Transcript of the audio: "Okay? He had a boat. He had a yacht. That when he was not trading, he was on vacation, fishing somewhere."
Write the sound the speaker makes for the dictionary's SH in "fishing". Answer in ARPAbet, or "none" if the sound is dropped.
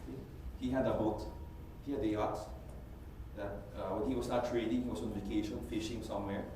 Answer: SH